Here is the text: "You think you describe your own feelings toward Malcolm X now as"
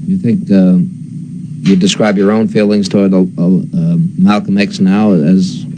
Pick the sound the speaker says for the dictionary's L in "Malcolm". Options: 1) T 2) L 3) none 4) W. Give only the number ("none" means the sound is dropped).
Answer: 2